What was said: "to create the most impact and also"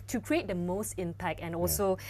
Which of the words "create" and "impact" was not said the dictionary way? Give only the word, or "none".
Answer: impact